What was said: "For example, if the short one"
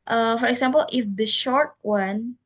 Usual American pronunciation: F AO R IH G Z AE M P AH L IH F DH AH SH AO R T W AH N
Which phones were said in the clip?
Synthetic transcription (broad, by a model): F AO R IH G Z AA M P AH L IH F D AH SH AO R T W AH N